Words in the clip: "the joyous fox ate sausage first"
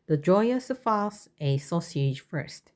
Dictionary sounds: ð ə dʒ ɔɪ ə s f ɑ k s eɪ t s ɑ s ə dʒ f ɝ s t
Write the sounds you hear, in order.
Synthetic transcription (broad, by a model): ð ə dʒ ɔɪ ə s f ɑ s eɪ s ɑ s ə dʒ f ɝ s t